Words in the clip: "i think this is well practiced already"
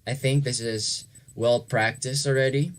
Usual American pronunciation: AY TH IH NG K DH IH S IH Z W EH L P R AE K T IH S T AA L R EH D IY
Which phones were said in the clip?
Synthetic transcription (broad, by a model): AY TH IH NG K DH IH S IH Z W EH L P R AE K T IH S T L R EH D IY